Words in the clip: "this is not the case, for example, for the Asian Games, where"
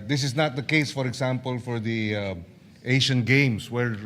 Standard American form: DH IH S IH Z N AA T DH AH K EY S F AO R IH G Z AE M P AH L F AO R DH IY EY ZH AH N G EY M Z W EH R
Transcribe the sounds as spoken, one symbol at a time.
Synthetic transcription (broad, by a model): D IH S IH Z N AA T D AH K EY S F AO R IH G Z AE M P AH L F AO R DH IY EY SH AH N G EY M S W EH R